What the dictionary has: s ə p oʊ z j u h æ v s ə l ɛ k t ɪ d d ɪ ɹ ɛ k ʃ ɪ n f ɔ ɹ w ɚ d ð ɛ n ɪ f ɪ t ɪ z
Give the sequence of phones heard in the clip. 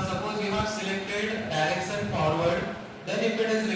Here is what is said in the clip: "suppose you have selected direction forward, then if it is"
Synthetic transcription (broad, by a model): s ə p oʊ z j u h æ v s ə l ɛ k t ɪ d d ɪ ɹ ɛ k s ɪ n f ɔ ɹ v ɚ d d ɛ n ɪ f ɪ t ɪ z